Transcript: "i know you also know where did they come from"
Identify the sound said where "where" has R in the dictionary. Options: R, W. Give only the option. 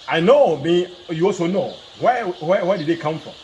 W